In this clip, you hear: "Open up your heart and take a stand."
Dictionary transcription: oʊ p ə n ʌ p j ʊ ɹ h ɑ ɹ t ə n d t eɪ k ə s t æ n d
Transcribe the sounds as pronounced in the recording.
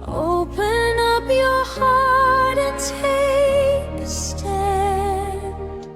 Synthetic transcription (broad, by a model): oʊ p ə n ʌ p j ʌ ɹ h ɑ ɹ t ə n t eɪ ə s t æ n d